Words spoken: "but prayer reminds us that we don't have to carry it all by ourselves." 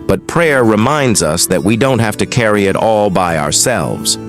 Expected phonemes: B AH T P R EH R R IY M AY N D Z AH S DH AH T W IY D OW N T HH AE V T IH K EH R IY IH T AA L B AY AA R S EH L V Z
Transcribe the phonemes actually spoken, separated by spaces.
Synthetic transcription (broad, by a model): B AH T P R EH R R IY M AY N D Z AH S DH AH T W IY D OW N T HH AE F T IH K EH R IY IH T AA L B AY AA R S EH L V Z